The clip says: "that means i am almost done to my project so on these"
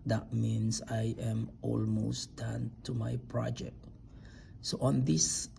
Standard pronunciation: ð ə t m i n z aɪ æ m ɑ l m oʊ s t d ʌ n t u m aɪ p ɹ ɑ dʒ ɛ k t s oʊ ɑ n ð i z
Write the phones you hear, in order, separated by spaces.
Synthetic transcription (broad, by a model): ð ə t m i n s aɪ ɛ m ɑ l m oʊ s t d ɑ n t u m aɪ p ɹ ɑ dʒ ɛ k t s oʊ ɑ n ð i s